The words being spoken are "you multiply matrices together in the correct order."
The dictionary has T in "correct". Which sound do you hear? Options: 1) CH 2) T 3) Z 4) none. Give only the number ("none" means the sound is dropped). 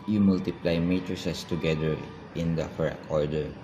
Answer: 4